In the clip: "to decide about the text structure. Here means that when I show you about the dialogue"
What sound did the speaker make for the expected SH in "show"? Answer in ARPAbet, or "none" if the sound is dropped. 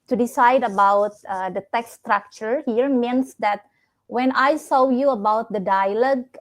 S